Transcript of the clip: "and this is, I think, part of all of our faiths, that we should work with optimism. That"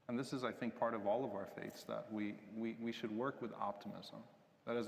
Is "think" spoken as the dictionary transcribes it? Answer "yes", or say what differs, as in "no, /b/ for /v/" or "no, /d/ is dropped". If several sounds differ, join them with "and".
yes